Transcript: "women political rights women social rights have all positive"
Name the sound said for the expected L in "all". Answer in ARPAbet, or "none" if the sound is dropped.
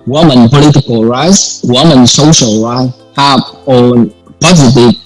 N